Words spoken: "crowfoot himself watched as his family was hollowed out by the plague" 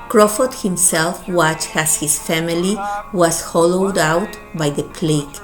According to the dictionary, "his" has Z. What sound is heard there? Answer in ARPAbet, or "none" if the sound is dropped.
S